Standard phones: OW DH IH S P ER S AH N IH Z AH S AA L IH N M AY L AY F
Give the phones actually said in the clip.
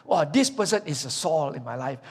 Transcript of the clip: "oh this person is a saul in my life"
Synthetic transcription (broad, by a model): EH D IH S P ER S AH N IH S AH S AA L IH N M AY L AY F